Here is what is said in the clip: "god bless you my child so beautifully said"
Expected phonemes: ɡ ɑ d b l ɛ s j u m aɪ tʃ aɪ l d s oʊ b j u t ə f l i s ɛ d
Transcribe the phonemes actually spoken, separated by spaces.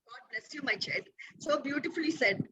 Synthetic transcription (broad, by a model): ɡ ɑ d b l ɛ s j u m aɪ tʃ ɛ d s oʊ b j u t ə f l i s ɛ d